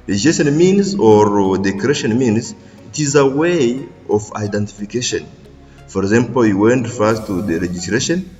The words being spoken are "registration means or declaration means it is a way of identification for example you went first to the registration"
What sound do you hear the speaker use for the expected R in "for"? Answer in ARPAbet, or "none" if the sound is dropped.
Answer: R